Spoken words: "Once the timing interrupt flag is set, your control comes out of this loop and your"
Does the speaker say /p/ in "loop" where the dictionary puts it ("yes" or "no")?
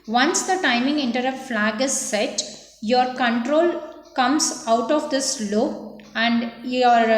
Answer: no